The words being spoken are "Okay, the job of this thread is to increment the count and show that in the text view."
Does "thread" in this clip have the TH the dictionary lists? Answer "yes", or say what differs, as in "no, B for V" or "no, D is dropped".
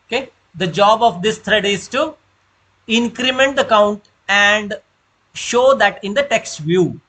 no, T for TH